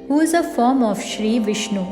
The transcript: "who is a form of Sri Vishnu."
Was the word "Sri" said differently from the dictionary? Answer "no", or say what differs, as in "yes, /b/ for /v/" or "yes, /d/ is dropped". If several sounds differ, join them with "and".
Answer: no